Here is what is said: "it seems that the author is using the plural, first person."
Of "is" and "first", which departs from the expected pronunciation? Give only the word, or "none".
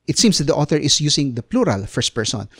is